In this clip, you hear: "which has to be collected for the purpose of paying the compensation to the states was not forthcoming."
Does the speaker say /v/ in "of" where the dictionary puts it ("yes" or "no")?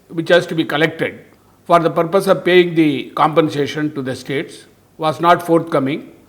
yes